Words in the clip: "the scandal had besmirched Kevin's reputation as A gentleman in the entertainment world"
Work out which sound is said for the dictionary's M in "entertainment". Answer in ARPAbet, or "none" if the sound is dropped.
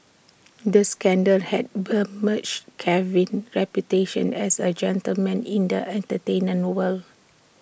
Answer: none